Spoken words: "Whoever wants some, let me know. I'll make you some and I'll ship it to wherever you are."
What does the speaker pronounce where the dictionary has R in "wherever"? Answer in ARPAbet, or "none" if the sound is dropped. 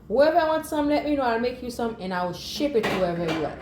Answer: none